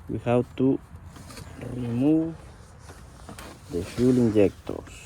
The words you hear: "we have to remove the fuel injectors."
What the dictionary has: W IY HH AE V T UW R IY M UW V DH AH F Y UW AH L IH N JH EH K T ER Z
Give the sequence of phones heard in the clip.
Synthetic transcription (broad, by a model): W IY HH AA W T UW R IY M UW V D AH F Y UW L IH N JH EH K T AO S